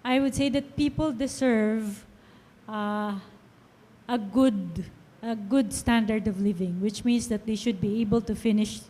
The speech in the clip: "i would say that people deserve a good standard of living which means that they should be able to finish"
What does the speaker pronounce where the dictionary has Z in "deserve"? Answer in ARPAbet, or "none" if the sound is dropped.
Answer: S